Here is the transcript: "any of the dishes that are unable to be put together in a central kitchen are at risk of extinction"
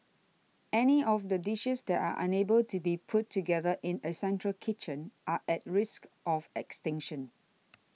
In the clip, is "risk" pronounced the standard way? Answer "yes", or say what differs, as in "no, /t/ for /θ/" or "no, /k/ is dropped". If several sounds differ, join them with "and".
yes